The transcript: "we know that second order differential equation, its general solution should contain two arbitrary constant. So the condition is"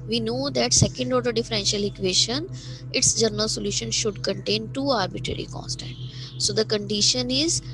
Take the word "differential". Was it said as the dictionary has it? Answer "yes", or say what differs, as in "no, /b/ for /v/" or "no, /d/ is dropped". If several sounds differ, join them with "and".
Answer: yes